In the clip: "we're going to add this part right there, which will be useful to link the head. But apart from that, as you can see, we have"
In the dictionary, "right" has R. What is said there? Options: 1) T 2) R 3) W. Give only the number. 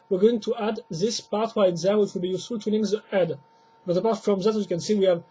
3